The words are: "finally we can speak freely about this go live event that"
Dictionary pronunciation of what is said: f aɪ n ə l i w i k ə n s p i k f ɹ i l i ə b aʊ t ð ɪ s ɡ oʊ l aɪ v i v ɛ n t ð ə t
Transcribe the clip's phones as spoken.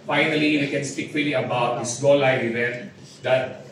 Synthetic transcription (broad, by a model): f aɪ n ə l i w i k ə n s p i k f i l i ə b aʊ t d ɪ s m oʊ l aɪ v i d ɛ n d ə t